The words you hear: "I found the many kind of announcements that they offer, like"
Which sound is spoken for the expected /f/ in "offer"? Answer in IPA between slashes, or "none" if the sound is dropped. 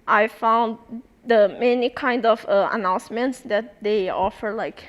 /f/